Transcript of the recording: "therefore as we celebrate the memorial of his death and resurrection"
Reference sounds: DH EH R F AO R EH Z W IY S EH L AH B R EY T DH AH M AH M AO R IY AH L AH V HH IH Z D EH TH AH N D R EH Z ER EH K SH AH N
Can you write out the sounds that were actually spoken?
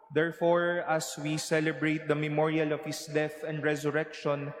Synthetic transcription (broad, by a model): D EH R F AO R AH S W IY S EH L AH B R EY T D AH M AH M AO R IY AH L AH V HH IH S D EH TH AH N D R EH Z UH EH K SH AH N